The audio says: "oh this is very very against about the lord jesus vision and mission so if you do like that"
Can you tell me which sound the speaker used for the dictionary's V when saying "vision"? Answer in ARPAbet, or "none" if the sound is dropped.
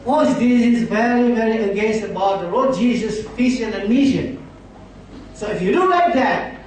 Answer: F